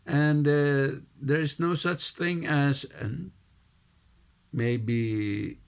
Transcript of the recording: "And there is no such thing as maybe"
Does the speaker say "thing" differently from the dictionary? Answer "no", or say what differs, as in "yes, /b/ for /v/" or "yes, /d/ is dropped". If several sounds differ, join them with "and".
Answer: no